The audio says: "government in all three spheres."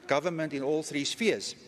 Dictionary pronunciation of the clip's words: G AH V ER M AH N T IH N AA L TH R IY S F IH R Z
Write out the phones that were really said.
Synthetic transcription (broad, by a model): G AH V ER M AH N T IH N AA L TH R IY S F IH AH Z